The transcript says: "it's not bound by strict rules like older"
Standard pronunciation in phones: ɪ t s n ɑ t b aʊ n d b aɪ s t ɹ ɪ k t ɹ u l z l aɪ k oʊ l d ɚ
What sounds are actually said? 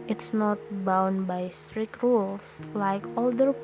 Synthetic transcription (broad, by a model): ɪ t s n ɑ t b aʊ n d b aɪ s t ɹ ɪ k t ɹ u l s l aɪ k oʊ l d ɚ